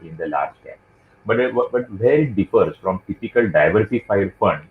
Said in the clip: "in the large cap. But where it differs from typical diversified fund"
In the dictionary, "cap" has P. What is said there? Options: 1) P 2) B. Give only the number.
2